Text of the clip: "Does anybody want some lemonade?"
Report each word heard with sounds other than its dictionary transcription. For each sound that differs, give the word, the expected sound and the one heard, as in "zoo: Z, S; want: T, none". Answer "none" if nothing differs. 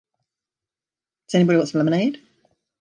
want: N, none